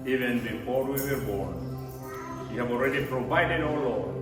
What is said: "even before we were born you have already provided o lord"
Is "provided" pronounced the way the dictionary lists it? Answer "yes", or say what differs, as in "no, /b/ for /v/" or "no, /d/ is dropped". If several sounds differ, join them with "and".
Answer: yes